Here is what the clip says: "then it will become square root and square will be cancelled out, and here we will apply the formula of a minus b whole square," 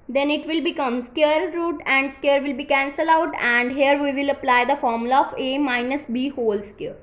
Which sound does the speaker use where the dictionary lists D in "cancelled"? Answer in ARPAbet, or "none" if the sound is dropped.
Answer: none